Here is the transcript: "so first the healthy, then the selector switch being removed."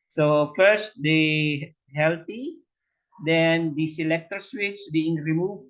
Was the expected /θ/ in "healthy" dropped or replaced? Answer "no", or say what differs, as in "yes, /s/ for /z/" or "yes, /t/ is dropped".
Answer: yes, /t/ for /θ/